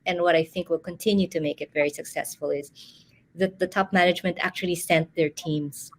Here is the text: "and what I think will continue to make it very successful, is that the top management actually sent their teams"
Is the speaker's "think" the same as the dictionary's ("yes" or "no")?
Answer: yes